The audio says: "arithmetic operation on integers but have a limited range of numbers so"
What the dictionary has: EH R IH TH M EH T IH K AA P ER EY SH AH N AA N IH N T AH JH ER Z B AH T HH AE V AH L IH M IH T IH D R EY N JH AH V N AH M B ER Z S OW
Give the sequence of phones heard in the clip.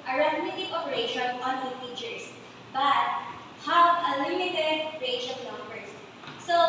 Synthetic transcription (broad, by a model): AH R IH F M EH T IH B AA P ER EY SH AH N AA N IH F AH CH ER S B AH T HH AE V AH L IH M IH T IH D R EY JH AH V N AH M B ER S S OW